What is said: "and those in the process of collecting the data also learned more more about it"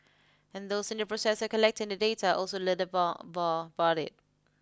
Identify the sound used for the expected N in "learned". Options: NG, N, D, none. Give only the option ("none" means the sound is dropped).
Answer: none